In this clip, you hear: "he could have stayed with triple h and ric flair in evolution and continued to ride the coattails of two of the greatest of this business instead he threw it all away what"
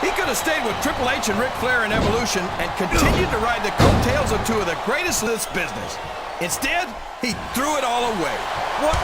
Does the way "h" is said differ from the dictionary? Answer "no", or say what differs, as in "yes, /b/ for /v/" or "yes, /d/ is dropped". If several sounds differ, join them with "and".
yes, /ʃ/ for /tʃ/